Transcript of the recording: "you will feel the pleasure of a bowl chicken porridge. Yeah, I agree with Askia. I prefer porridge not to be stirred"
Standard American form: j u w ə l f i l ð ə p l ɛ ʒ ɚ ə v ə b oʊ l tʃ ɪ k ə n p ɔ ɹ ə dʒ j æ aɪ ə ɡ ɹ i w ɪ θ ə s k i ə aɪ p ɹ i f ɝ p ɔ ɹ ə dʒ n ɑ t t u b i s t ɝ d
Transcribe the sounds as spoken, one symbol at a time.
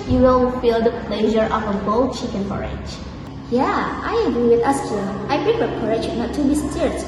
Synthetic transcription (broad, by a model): j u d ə n f i l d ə p l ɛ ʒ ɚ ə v ə b oʊ l tʃ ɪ k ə n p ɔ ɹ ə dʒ j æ aɪ ə ɡ ɹ i w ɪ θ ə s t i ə aɪ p ɹ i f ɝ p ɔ ɹ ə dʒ n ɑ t t u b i s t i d